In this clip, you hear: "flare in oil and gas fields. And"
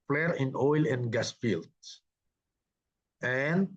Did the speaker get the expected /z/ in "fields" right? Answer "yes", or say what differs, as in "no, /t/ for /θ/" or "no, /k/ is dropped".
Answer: no, /z/ is dropped